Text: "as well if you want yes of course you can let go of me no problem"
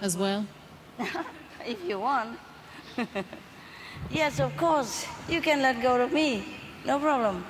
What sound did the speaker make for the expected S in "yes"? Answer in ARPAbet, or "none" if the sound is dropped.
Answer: S